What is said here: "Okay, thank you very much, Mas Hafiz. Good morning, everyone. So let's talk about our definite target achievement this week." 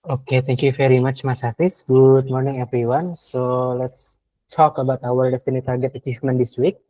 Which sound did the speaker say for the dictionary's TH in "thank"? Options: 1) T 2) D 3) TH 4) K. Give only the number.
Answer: 1